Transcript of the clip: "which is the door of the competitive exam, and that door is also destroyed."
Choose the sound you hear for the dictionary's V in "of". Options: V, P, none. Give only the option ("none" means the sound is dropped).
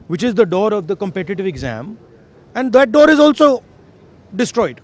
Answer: V